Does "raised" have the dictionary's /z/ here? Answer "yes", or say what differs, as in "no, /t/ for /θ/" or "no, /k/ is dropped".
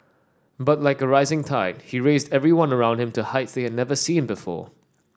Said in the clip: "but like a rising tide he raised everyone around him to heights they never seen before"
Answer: yes